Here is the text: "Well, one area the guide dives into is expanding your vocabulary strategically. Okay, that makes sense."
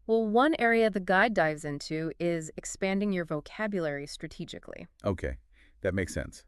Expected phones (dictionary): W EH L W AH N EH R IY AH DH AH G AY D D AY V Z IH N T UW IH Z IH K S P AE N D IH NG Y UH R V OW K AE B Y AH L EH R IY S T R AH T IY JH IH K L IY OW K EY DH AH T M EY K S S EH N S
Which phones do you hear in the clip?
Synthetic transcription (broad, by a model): W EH L W AH N EH R IY AH DH AH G AY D D AY V Z IH N T UW IH Z IH K S P AE N D IH NG Y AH R V OW K AE B Y AH L EH R IY S T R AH T IY JH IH K L IY OW K EY DH AH T M EY K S S EH N S